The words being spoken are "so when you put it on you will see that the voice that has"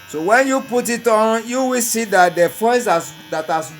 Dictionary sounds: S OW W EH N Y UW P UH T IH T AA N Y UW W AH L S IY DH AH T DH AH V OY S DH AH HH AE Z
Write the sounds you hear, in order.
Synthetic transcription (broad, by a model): S OW W EH N Y UW P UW T IH T AA N Y UW W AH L S IY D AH T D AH F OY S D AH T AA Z